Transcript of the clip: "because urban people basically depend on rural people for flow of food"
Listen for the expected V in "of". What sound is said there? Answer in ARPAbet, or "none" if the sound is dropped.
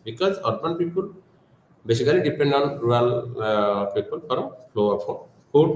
P